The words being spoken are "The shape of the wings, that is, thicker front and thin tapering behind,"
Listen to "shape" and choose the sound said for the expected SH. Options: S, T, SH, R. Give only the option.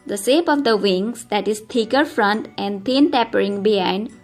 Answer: S